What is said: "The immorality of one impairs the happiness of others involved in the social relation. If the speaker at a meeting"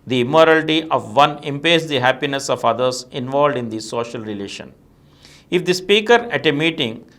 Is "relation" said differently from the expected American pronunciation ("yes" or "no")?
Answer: no